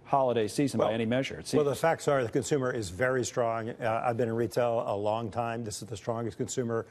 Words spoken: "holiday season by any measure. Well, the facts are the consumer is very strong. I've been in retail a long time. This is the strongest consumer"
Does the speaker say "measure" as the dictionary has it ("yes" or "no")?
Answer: yes